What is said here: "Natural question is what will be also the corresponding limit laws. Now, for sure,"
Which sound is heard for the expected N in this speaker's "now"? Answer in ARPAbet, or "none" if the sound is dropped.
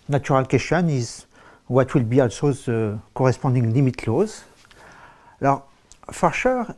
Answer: L